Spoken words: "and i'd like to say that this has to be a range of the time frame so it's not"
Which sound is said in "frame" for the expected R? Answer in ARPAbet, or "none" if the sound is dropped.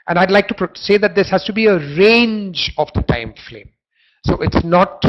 L